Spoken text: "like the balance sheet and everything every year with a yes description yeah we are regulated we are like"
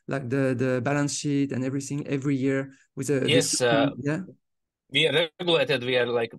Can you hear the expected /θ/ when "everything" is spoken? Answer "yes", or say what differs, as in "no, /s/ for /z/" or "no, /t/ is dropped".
yes